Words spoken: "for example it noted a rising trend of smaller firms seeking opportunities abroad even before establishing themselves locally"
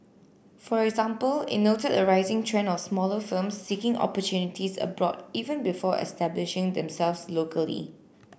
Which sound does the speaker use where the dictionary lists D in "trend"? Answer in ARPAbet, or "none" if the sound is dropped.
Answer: none